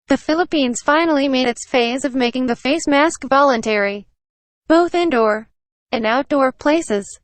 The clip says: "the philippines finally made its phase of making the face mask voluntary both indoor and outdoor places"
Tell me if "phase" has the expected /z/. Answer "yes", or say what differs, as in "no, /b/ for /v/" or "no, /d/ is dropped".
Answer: yes